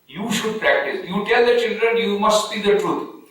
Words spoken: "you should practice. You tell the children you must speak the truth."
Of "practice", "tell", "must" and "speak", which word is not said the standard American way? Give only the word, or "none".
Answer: speak